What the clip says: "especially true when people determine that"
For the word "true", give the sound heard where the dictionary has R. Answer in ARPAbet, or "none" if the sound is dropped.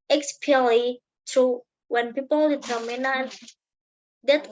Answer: none